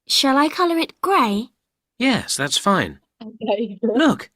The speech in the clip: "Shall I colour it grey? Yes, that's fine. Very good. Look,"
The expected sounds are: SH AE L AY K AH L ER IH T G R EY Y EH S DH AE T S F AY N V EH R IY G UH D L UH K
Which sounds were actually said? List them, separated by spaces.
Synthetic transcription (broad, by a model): SH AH L AY K AH L ER IH T G R EY Y EH S DH AE T S F AY N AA IY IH L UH K